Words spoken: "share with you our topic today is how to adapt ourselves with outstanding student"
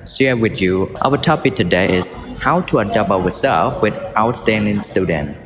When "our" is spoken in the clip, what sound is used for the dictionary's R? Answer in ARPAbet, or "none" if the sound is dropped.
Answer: W